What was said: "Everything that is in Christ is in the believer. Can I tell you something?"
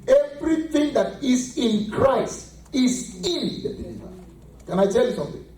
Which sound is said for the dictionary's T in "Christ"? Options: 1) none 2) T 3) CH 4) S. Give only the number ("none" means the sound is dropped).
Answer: 2